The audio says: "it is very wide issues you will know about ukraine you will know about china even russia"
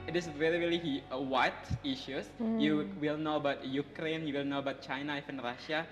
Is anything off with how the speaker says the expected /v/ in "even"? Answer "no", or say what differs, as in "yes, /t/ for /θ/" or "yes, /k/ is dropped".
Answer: yes, /f/ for /v/